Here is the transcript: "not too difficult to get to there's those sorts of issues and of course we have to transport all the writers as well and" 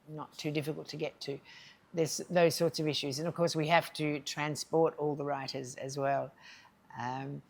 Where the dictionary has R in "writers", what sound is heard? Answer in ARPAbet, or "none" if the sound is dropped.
R